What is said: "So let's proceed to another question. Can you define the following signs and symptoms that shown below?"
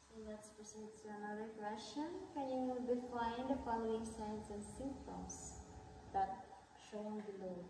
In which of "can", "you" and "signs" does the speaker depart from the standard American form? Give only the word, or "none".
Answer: signs